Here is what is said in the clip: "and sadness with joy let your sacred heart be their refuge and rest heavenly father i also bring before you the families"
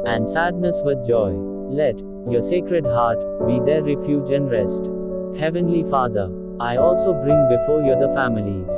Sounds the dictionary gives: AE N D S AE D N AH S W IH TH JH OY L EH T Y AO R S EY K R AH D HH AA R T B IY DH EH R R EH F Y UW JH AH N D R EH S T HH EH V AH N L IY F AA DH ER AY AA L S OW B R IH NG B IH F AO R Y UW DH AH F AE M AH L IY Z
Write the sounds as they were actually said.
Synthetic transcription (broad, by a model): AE N D S AE D N AH S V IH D JH OY L EH T Y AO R S EY K R AH D HH AA R T B IY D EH R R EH F Y UW JH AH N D R EH S T HH EH V AH N L IY F AA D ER AY AA L S OW B R IH NG B IH F AO R Y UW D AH F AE M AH L IY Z